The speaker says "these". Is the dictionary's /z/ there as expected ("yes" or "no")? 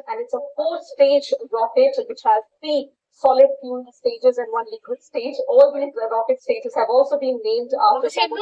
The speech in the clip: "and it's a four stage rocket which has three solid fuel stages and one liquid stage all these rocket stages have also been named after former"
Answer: no